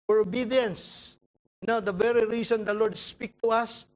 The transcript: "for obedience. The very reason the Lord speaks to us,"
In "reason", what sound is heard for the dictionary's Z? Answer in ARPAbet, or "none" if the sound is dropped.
S